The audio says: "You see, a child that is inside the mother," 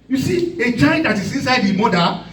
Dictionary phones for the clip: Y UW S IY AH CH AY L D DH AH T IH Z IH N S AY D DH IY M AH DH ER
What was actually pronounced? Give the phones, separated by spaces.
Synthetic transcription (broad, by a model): Y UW S IY AH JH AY N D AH T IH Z IH N S AY D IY M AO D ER